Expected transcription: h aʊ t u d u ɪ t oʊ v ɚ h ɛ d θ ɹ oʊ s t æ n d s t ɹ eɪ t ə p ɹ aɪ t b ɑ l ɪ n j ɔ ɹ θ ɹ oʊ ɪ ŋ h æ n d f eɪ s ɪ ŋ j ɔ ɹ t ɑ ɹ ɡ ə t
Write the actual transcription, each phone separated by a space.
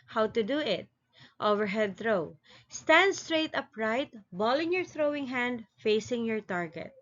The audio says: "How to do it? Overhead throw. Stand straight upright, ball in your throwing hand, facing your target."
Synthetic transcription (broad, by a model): h aʊ t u d u ɪ t oʊ v ɚ h ɛ d θ ɹ oʊ s t æ n d s t ɹ eɪ t ə p ɹ aɪ t b ɑ l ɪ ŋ j ɔ ɹ θ ɹ oʊ ɪ ŋ h æ n d f eɪ s ɪ ŋ j ɔ ɹ t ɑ ɹ ɡ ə t